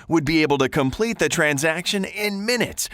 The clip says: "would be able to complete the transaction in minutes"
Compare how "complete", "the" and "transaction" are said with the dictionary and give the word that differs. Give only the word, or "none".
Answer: none